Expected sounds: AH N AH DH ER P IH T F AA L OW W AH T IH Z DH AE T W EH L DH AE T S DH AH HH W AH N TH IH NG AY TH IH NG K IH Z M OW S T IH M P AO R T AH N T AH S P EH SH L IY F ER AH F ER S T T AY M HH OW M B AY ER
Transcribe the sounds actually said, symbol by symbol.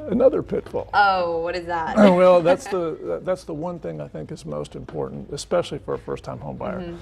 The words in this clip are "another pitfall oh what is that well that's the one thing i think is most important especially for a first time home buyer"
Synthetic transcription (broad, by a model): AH N AH DH ER P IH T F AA L OW W AH T IH Z DH AE T W EH L DH AE T S DH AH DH W AH N TH IH NG AY TH IH NG K IH Z M OW S T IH M P AO R T N T AH S P EH SH L IY F ER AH F ER S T T AY M HH OW M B AY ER